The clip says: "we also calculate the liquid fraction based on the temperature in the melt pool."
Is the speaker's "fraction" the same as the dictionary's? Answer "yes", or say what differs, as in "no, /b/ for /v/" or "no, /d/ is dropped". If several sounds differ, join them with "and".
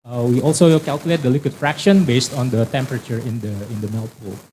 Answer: yes